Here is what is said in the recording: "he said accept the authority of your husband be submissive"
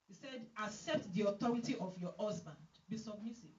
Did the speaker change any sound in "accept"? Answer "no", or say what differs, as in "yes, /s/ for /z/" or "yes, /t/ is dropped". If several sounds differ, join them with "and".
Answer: no